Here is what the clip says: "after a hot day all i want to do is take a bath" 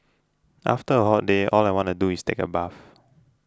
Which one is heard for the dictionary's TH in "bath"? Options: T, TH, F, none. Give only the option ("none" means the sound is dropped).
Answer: F